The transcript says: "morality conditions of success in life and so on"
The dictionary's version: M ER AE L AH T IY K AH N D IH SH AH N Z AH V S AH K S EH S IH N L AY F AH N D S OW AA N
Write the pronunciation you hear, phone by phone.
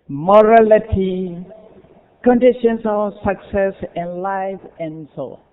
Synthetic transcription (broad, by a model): M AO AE L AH T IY K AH N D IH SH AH N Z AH S AH K S EH S IH N L AY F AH N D S OW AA